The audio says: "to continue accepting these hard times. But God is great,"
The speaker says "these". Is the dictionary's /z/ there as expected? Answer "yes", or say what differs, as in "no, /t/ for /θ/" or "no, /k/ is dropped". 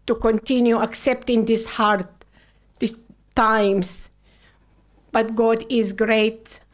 no, /s/ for /z/